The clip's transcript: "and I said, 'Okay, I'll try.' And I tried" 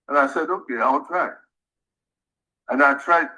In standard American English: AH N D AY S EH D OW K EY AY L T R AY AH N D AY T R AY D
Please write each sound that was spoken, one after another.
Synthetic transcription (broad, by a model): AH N AY S EH D OW K EY AY W T R AY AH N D AY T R AY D